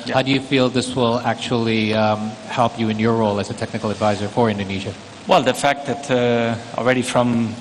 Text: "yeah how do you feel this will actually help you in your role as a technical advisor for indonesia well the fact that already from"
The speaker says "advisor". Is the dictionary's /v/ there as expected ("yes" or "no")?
yes